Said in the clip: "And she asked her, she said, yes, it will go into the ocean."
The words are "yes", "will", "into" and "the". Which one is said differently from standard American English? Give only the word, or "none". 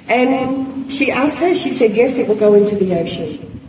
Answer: none